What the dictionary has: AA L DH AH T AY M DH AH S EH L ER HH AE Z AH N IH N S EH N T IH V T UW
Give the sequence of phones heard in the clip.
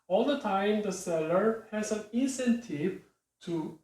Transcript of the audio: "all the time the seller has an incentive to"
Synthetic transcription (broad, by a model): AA L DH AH T AY M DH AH S EH L ER HH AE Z AH N IH N S EH N T IH V T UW